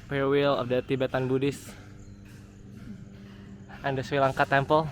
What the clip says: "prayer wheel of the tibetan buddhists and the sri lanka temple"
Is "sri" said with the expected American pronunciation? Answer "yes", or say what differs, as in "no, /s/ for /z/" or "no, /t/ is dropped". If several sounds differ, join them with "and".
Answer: no, /w/ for /ɹ/